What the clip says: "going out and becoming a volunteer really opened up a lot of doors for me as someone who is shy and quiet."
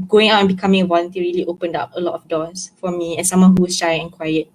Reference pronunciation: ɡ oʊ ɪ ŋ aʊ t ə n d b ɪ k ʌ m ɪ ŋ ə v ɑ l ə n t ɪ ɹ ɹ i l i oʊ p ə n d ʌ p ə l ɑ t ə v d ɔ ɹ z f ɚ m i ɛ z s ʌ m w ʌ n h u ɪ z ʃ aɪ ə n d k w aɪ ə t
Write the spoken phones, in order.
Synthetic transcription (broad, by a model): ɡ oʊ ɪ ŋ aʊ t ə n b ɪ k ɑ m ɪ ŋ ə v ɑ l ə n t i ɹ ɹ i l i oʊ p ə n d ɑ p ə l ɑ t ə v d ɔ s f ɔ m i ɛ s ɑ m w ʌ n h u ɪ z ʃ aɪ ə n k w aɪ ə t